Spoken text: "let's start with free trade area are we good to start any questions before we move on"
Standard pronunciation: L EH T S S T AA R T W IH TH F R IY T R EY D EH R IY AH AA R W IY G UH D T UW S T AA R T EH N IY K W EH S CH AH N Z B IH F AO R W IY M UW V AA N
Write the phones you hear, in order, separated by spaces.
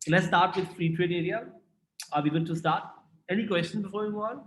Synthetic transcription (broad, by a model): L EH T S S T AA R T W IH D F R IY T R EY D EH R IY AH AA R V IY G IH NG T UW S T AA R T EH N IY K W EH S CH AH N B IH F AO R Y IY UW AA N